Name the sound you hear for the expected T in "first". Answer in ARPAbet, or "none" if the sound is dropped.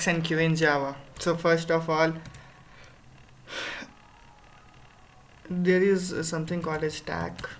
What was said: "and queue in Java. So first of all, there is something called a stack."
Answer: T